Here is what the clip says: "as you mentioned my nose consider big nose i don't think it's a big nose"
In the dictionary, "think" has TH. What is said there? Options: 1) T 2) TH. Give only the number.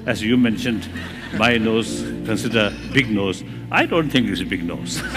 1